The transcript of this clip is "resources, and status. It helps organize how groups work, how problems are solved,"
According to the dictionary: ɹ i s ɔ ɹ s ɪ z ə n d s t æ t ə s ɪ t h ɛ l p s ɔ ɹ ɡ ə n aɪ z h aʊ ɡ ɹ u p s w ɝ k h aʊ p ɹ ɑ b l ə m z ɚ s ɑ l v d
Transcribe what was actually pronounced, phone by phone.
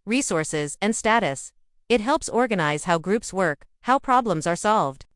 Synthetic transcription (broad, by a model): ɹ i s ɔ ɹ s ɪ z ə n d s t æ t ə s ɪ t h ɛ l p s ɔ ɹ ɡ ə n aɪ z h aʊ ɡ ɹ u p s w ɝ k h aʊ p ɹ ɑ b l ə m z ɚ s ɑ l v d